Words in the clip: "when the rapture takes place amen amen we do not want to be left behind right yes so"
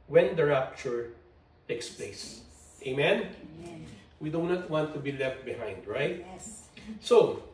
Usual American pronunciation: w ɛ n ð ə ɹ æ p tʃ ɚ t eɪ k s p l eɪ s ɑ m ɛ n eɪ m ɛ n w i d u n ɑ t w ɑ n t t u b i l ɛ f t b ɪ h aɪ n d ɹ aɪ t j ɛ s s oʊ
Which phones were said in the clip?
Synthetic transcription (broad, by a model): w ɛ n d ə ɹ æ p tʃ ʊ t eɪ k s p l eɪ ɑ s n eɪ m ɛ n w i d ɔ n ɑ t w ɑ n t t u b i l ɛ f t b ɪ h aɪ n d ɹ aɪ t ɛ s s oʊ